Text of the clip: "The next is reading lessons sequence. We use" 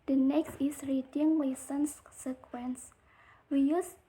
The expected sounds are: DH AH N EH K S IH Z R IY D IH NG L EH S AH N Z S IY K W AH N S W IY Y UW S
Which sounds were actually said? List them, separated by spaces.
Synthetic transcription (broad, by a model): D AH N EH K S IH S R IY D IH NG W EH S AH N S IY K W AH N S W IY Y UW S